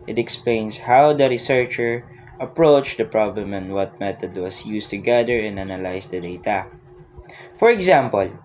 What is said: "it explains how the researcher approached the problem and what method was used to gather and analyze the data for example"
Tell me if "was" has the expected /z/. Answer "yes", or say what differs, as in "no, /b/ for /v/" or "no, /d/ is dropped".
no, /s/ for /z/